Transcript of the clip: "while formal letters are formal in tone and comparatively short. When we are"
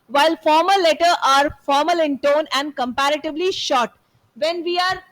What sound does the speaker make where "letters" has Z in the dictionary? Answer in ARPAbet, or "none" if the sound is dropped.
none